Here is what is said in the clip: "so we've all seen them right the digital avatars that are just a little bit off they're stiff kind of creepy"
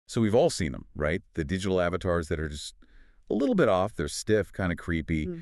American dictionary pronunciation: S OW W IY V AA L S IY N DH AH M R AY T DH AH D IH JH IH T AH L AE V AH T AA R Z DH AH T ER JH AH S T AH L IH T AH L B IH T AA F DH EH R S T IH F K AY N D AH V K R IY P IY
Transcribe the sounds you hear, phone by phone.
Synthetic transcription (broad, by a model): S OW W IY V AA L S IY N DH AH M R AY T DH AH D IH JH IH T L AE V AH T AA R Z DH AH T ER JH AH S T AH L IH T L B IH T AA F DH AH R S T IH F K AY N D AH K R IY P IY